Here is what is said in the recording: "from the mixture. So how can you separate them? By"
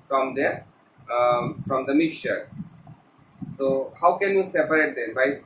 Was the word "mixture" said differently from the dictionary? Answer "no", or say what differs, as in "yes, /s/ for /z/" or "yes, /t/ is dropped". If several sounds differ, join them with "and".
no